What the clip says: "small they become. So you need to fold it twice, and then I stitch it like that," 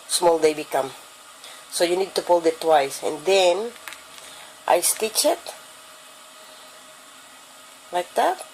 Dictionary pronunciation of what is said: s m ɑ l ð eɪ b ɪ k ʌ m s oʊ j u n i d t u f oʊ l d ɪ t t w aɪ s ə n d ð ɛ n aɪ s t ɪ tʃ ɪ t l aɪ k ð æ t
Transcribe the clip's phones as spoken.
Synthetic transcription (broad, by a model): s m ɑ l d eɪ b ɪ k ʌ m s oʊ j u n i d t u p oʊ l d ɪ t t w aɪ s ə n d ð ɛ n aɪ s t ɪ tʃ ɪ t l aɪ k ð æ t